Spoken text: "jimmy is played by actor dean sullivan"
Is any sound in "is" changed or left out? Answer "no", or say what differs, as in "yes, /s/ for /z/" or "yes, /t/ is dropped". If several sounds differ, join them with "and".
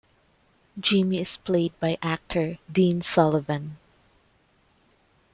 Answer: yes, /s/ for /z/